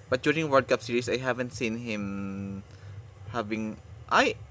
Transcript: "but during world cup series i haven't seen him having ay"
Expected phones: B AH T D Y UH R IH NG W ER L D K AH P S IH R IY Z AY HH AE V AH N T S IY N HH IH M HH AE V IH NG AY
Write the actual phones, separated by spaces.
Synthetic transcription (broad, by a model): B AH T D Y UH R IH NG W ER D K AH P S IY R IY S AY HH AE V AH N T S IY N HH IH M HH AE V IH NG AY